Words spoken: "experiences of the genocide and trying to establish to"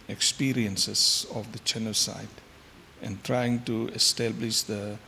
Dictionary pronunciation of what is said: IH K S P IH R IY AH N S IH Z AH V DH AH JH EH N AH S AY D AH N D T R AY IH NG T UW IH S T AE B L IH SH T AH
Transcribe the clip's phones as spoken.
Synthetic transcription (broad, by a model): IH K S P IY R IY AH N S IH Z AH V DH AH CH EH N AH S AY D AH N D T R AY IH NG T UW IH S T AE B L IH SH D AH